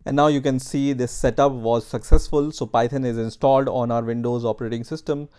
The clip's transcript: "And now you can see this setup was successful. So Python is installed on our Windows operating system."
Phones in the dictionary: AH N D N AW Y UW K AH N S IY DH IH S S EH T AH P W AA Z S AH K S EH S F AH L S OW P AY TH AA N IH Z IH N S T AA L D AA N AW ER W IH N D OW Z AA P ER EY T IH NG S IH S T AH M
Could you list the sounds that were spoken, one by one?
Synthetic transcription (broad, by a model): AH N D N AW Y UW K AH N S IY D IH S S EH T AH P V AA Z S AH K S EH S F AH L S OW P AY T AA N IH Z IH N S T AA L D AA N AW ER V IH N D OW Z AA P ER EY T IH NG S IH S T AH M